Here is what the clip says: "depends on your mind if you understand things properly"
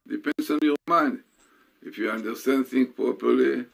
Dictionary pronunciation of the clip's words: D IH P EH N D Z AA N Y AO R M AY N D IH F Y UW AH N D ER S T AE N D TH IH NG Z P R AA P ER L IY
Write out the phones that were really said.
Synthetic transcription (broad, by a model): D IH P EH N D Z AA N Y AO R M AY N D IH F Y UW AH N D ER S T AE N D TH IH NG P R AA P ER L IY